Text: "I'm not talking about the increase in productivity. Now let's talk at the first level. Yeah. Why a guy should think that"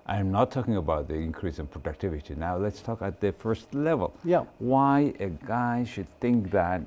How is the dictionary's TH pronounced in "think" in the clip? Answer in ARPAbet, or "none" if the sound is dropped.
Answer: TH